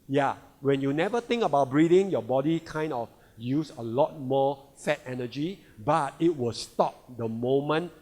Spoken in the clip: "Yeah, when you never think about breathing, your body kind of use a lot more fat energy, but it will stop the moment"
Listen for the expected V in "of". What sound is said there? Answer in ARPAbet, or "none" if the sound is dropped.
F